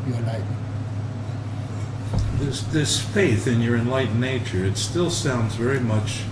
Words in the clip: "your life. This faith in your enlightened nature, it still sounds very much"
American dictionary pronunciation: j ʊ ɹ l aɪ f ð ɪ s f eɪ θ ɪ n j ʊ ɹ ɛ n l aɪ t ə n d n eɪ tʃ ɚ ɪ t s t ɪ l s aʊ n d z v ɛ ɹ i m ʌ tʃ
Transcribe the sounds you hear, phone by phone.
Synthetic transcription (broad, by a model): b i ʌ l aɪ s ð ɪ s f eɪ θ ɪ n j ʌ ɹ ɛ n l aɪ t n n eɪ tʃ ɚ ɪ t s t ɪ l s aʊ n d z v ɛ ɹ i m ʌ tʃ